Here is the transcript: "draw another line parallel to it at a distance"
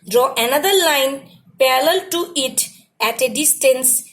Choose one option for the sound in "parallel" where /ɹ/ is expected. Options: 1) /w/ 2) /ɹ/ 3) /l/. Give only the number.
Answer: 3